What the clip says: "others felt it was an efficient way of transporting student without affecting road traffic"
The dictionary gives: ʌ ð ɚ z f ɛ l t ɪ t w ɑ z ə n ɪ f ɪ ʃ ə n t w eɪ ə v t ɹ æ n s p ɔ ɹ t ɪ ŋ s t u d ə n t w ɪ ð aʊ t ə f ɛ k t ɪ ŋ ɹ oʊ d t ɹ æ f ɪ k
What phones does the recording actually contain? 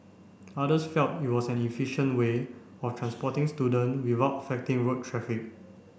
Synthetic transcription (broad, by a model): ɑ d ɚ s f ɛ l t ɪ t w ɑ s ə n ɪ f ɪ ʃ ə n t w eɪ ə f t ɹ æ n s p ɔ t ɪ ŋ s t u d ə n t w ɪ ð aʊ t ə f ɛ k t ɪ ŋ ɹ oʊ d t ɹ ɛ f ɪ k